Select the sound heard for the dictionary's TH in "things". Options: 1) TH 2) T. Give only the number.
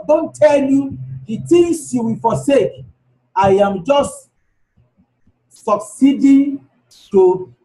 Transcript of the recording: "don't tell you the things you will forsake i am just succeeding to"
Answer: 2